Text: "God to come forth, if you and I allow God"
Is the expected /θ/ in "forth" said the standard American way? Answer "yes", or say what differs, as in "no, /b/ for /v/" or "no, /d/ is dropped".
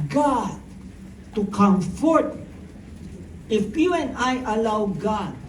no, /t/ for /θ/